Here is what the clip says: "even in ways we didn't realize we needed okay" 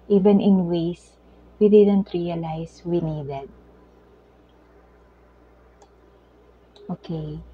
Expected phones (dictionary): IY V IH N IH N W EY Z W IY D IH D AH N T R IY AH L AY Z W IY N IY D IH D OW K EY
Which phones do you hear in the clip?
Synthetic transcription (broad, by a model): IY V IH N IH N W EY S W IY D IH D AH N T R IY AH L AY S W IY N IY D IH D OW K EY